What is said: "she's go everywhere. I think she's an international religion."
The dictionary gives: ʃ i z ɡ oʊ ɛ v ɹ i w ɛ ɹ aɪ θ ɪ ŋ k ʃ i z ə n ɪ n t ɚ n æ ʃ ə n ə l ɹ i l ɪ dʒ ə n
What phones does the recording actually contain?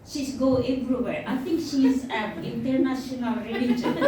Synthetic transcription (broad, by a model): ʃ i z ɡ oʊ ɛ b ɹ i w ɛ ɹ aɪ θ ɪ ŋ k ʃ i z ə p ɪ n t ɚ n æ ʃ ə n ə l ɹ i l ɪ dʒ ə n